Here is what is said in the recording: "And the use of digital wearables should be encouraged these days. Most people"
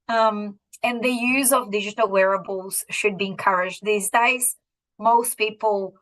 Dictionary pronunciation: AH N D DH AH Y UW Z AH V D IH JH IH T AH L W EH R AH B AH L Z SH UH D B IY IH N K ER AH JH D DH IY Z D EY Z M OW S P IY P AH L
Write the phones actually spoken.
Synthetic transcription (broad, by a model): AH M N DH AH Y UW Z AH V D IH JH IH T AH L W EH R AH B AH L Z SH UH D B IY IH N K ER AH JH D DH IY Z D EY Z M OW S P IY P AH L